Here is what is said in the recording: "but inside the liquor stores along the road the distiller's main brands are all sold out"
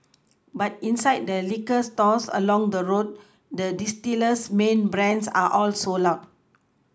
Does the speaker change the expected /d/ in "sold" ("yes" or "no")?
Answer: yes